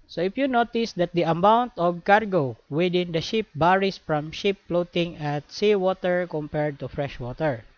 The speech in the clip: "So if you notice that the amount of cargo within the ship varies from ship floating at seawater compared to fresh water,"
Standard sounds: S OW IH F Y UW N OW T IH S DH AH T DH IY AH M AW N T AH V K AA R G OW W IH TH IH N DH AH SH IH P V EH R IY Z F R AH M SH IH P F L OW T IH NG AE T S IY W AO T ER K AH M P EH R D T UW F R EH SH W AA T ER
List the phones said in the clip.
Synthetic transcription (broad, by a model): S OW IH F Y UW N OW T IH S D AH T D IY AH M AW N T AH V K AA R G OW W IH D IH N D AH SH IH P B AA R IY S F R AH M SH IH P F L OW T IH NG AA T S IY W AO T ER K AH M P EH R D T UW F R EH SH W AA T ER